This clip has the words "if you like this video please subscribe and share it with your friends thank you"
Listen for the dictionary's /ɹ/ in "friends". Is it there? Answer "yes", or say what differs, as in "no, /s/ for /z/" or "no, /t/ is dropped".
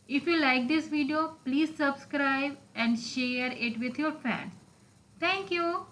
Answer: no, /ɹ/ is dropped